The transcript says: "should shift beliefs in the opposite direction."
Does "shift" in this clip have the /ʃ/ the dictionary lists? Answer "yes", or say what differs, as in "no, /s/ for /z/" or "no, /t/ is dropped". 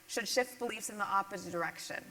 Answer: yes